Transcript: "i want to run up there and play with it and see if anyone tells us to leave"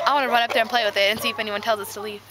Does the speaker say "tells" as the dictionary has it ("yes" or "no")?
yes